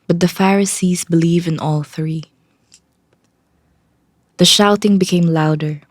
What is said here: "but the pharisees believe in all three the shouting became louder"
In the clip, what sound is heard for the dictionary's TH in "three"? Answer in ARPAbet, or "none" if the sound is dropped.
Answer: TH